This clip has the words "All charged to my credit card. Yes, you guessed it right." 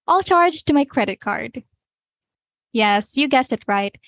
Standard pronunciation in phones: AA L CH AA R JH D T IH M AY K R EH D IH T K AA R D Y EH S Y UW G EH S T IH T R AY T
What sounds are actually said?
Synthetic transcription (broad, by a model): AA L CH AA R JH T IH M AY K R EH D IH T K AA R D Y EH S Y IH G EH S IH T R AY T